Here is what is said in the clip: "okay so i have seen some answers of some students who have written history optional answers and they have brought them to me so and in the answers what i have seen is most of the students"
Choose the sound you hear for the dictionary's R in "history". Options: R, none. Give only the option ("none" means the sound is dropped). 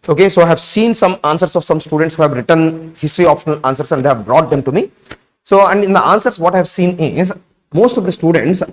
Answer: R